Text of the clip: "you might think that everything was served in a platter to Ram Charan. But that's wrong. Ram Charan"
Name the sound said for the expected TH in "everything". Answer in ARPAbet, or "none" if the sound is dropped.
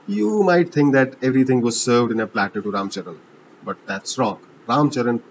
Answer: T